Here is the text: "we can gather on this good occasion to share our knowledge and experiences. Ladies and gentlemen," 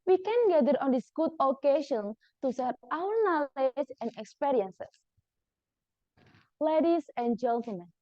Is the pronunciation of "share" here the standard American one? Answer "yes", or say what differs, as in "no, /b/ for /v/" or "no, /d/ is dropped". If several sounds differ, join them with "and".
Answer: no, /s/ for /ʃ/